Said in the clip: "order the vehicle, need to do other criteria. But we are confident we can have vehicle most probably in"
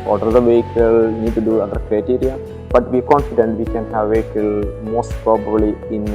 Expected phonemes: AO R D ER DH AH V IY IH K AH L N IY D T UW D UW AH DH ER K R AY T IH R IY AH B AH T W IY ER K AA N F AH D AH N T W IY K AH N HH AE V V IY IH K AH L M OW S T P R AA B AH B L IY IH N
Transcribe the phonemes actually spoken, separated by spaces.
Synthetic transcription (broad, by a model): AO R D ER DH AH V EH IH K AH L N IY D T UW D UW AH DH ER K R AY T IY R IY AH B AH T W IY K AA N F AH D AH N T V IY K AH N HH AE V V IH K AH L M OW S T P R AA B AH B L IY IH N